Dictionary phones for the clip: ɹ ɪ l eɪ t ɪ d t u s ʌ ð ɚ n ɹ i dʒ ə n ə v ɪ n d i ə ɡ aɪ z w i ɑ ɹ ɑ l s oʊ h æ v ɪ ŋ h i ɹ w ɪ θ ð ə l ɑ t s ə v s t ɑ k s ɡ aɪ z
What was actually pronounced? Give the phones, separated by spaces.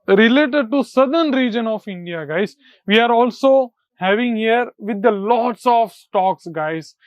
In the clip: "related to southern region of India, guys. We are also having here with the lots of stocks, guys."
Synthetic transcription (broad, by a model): ɹ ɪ l eɪ t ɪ d t u s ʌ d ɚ n ɹ i dʒ ə n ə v ɪ n d i ə ɡ aɪ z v i ɑ ɹ ɑ l s oʊ h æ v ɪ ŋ h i ɹ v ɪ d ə l ɑ t s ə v s t ɑ k s ɡ aɪ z